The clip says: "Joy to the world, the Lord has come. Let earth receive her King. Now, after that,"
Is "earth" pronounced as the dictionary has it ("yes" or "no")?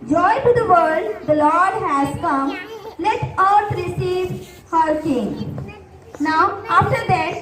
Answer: no